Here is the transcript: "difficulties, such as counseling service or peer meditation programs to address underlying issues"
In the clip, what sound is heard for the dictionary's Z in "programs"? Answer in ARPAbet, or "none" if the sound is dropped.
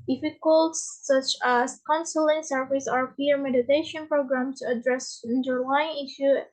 none